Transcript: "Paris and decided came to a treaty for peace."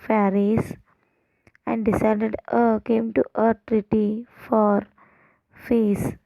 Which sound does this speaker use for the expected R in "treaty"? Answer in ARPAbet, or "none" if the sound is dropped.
R